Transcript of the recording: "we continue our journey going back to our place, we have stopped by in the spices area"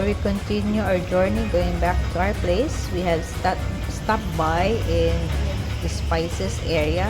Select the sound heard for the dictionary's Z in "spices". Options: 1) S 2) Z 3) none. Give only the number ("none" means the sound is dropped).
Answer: 1